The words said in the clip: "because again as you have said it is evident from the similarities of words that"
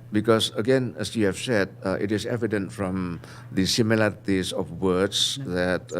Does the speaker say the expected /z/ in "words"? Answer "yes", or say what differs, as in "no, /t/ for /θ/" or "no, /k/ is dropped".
no, /s/ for /z/